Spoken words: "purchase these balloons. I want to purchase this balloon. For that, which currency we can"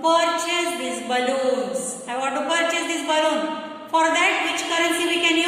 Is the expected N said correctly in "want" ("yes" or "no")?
no